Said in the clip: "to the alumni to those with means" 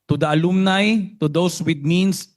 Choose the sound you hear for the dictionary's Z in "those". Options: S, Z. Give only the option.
S